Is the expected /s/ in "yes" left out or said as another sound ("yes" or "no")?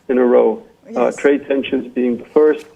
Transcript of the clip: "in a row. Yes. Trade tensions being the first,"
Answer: yes